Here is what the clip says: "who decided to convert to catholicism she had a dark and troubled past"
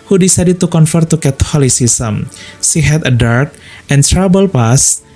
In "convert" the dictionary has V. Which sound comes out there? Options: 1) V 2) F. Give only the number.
2